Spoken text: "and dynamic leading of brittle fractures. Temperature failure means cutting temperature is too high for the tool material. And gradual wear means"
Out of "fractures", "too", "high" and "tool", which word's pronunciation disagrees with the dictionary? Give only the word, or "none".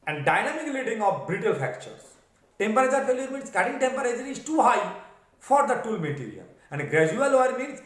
fractures